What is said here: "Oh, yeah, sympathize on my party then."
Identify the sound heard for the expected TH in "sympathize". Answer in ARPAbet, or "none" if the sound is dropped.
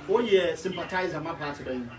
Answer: T